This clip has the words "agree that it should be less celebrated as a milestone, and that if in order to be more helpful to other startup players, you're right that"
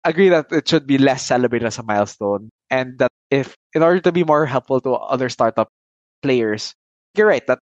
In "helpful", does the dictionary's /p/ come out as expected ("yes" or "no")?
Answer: yes